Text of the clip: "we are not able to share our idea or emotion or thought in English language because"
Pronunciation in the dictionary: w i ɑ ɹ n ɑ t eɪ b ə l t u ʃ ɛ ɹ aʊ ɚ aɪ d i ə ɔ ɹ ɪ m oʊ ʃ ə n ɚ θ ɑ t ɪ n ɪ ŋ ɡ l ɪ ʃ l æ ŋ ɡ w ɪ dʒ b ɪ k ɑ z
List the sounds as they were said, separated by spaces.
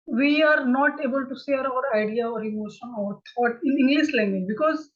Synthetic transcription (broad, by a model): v i ɑ ɹ n ɑ t eɪ b ə l t u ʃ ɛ ɹ aʊ ɚ aɪ d i ə ɔ ɹ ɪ m oʊ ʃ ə n ɚ t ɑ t ɪ n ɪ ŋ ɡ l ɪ s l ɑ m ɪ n b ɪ k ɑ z